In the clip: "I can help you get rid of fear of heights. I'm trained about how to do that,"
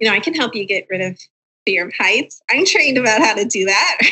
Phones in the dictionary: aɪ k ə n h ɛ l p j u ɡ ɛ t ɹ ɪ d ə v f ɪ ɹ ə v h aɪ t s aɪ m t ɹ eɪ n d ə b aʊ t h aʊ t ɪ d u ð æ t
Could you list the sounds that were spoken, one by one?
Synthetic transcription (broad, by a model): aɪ k ə n h ɛ l p j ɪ ɡ ɛ t ɹ ɪ d ə v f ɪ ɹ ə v h aɪ t s aɪ m t ɹ eɪ n d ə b aʊ t h aʊ t ɪ d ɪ ð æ t